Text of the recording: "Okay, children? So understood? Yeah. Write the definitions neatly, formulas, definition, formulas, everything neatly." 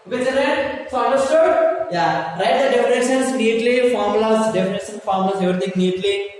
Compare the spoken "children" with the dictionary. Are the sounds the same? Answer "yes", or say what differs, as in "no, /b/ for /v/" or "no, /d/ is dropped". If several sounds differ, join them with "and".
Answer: no, /l/ is dropped